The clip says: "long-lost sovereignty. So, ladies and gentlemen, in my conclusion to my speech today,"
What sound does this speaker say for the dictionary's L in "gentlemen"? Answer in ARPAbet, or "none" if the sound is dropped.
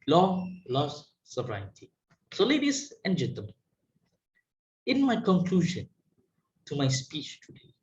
none